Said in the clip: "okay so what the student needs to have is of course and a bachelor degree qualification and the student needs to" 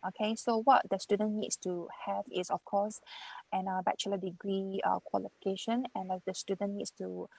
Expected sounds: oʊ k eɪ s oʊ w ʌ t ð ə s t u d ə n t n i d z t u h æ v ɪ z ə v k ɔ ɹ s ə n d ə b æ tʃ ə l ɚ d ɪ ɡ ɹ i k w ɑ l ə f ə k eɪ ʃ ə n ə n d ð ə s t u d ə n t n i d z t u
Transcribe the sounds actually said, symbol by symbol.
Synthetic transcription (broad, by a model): oʊ k eɪ s oʊ w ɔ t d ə s t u d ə n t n i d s t u h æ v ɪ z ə f k ɔ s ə n ə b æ tʃ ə l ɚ d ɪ ɡ ɹ i k w ɑ l ə f ə k eɪ ʃ ə n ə n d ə s t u d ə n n i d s t u